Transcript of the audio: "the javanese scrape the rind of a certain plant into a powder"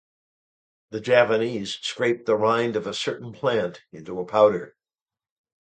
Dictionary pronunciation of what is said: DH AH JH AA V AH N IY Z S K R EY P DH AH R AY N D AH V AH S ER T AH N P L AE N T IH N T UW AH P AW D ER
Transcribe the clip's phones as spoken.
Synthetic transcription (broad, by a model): DH AH JH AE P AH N IY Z S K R EY P DH AH R AY N D AH V AH S ER T N P L AE N T IH N T UW AH P AW D ER